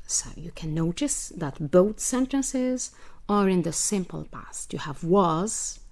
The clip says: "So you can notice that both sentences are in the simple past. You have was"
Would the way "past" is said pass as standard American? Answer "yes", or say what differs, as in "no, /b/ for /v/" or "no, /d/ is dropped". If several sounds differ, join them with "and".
yes